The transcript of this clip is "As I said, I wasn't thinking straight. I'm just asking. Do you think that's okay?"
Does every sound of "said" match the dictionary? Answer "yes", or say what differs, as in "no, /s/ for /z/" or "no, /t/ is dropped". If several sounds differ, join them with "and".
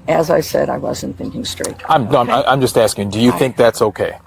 yes